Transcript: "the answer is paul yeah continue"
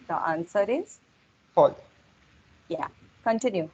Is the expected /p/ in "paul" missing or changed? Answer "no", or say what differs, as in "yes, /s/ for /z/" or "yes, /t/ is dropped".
yes, /f/ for /p/